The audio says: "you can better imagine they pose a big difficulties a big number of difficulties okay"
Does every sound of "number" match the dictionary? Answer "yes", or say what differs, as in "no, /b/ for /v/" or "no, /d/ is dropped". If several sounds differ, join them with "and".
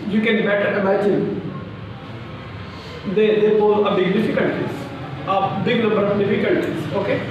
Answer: no, /l/ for /n/ and /m/ is dropped